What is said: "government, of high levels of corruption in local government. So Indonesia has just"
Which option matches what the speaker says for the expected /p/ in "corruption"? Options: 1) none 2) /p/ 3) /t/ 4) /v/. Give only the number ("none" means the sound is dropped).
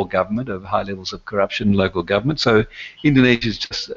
2